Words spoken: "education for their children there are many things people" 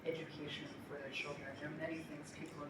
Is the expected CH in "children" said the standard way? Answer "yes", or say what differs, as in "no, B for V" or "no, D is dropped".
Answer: no, SH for CH